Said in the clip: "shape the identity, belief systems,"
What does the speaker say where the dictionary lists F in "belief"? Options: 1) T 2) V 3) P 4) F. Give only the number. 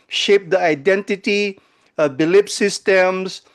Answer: 3